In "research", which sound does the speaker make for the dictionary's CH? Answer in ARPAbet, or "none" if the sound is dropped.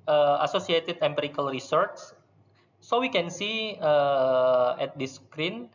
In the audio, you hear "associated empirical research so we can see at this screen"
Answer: S